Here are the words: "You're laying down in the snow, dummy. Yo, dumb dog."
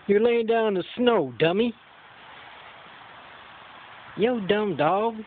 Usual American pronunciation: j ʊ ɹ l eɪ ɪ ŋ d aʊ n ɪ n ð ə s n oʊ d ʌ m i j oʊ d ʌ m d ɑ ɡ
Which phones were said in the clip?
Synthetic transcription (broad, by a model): j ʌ ɹ l eɪ ɪ ŋ d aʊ ɪ n ð ə s n oʊ d ʌ m i j oʊ d ʌ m d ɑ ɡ